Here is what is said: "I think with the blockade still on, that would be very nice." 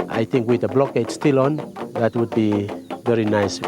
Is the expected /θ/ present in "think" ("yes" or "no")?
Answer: no